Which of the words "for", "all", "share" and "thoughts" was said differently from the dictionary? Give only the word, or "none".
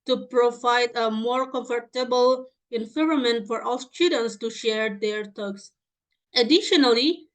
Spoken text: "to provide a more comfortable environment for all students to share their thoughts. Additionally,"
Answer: thoughts